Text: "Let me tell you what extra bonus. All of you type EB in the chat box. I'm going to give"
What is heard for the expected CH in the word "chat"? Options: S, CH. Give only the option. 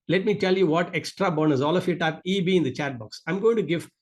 CH